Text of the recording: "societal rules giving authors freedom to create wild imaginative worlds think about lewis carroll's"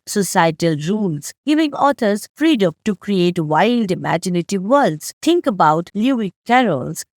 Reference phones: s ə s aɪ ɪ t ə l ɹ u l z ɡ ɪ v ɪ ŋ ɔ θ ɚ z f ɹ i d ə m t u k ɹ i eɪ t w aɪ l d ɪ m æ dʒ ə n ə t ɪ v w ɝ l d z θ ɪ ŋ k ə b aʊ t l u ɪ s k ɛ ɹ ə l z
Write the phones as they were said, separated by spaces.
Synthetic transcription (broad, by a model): s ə s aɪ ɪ t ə l ɹ u l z ɡ ɪ v ɪ ŋ ɔ t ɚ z f ɹ i d ə m t u k ɹ i eɪ t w aɪ l d ɪ m æ dʒ ə n ə t ɪ v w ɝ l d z t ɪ ŋ k ə b aʊ t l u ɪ k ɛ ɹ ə l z